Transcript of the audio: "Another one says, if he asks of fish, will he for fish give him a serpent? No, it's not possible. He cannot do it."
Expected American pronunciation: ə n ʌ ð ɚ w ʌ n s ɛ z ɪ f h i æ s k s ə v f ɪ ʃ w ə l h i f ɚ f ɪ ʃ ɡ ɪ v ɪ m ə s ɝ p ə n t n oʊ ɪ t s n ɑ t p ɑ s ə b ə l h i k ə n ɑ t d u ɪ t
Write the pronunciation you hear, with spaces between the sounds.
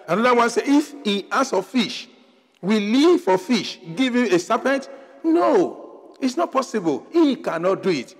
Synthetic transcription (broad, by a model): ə n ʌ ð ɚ w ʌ n s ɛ ɪ f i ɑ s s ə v f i ʃ w ə l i f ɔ f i ʃ ɡ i v ɪ m ə s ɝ p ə n t n oʊ ɪ t s n ɑ t p ɑ s ə b ə l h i k ə n ɑ t d u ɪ t